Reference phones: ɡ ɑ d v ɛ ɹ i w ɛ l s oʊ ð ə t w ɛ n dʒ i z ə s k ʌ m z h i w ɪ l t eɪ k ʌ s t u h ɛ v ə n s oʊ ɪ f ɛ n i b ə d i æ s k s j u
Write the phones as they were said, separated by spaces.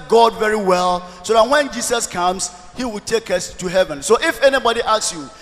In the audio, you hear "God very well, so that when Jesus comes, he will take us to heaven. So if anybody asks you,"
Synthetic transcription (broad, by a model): ɡ ɑ d v ɛ ɹ i w ɛ l s oʊ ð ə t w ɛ n dʒ i s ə s k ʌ m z h i w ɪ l t eɪ k ʌ s t u h ɛ v ə n s oʊ ɪ f ɛ n i b ə d i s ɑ s j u